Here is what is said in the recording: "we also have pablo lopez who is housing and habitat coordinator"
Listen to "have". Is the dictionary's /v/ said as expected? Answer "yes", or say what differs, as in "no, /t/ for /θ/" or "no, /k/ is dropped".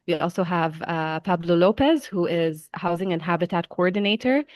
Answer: yes